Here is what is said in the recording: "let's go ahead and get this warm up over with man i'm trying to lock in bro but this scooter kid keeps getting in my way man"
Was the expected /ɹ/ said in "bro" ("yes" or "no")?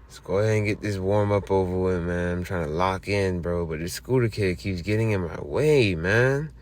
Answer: yes